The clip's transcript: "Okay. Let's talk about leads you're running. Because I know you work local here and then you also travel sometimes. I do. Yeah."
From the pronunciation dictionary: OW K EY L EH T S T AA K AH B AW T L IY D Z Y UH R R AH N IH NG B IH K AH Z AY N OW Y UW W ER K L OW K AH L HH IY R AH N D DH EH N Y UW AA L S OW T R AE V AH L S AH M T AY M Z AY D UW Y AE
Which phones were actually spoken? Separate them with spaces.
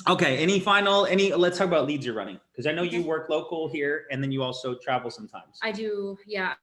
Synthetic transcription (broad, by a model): OW K EY L EH T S T AA K AH B AW T L IY D Z Y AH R R AH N IH NG K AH Z AY N OW Y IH W ER K L OW K L HH IY R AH N DH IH N Y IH AA L S OW T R AE V L S AH M T AY M Z AY D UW Y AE